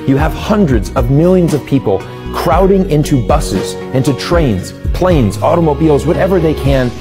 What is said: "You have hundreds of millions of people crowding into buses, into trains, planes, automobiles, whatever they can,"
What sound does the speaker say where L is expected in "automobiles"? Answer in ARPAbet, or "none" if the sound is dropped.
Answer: L